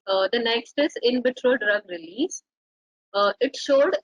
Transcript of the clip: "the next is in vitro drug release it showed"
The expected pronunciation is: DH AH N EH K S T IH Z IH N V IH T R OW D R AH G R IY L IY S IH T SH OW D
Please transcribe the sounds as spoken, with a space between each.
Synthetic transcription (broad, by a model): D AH N EH K S T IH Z IH N B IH T R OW D R AH G R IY L IY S IH T SH OW D